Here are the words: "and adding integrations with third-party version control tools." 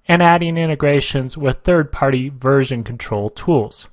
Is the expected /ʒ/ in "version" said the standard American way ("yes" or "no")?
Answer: yes